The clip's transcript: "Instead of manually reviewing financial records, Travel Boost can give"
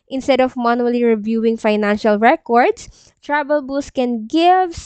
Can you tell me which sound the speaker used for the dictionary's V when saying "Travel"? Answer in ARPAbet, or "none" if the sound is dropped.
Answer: B